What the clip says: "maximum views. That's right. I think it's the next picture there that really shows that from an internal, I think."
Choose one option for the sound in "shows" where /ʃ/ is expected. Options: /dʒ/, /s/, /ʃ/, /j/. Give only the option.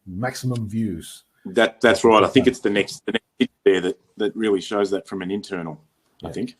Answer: /ʃ/